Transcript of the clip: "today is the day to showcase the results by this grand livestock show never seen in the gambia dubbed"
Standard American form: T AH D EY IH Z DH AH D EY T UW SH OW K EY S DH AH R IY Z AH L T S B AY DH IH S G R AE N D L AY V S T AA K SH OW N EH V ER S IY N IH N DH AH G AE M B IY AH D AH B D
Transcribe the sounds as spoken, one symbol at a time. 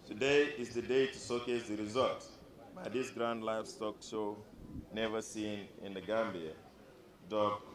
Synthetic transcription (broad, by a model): T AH D EY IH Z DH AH D EY T UW S OW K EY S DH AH R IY Z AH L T B AY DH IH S G R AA N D L AY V S T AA K SH OW N EH V ER S IY N IH N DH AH G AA M B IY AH D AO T